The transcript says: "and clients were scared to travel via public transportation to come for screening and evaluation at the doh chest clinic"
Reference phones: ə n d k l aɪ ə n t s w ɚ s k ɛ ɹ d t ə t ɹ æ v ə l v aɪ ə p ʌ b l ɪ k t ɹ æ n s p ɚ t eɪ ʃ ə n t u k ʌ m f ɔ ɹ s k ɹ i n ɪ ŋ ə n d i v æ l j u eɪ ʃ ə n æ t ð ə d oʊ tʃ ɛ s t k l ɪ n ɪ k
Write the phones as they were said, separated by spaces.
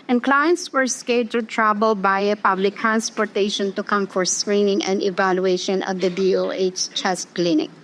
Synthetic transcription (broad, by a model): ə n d k l aɪ ə n t s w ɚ s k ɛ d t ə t ɹ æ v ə l b aɪ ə p ʌ b l ɪ k t ɹ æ n s p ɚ t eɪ ʃ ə n t u k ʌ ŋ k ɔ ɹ s k ɹ i n ɪ ŋ ə n d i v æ l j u eɪ ʃ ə n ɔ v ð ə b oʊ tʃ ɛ s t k l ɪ n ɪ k